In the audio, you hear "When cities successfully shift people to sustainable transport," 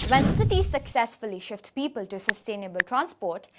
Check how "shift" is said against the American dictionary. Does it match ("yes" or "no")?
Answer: yes